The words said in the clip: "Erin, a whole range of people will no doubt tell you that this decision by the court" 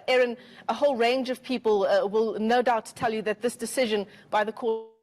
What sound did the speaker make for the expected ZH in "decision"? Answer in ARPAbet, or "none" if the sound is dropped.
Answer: ZH